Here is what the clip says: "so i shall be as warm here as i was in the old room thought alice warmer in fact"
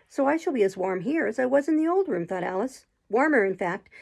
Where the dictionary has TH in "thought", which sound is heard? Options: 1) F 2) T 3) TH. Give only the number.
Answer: 3